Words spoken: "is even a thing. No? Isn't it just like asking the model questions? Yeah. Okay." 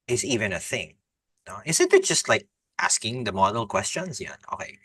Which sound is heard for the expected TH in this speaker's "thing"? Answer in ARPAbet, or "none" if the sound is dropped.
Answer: TH